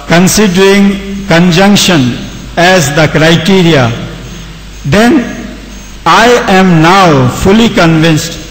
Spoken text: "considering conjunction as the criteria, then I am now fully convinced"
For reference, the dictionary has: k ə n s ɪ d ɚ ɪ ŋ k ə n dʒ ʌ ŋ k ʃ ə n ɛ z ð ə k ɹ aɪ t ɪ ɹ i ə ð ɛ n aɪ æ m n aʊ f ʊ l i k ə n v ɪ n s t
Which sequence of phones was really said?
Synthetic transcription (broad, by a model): k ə n s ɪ d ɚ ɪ ŋ k ə n dʒ ʌ ŋ k ʃ ə n ɛ z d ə k ɹ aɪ t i ɹ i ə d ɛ n aɪ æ m n aʊ f ʊ l i k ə n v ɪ n s t